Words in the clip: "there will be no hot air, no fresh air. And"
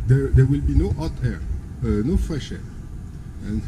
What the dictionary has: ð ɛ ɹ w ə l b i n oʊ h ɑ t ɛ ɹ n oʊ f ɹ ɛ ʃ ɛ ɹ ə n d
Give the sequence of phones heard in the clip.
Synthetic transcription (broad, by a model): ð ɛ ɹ w ə l b i n oʊ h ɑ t ɛ ɹ n oʊ f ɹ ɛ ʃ ɛ ɹ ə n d